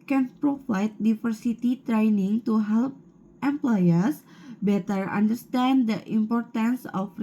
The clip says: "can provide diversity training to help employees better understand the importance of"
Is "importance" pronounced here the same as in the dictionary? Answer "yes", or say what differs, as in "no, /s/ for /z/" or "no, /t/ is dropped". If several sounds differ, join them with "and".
yes